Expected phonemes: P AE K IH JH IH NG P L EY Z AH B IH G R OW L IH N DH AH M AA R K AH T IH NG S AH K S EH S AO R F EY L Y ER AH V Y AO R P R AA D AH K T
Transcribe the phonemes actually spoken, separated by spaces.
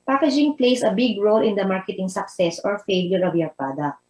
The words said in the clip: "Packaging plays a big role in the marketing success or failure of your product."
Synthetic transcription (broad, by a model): P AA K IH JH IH NG P L EY S AH B IH G R OW L IH N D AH M AA R K AH T IH NG S AH K S EH S AO R F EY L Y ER AH V Y AO R P R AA D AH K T